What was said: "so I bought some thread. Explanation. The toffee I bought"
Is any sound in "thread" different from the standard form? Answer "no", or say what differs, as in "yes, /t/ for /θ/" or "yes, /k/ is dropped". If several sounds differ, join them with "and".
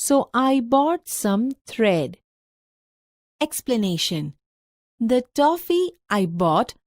yes, /t/ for /θ/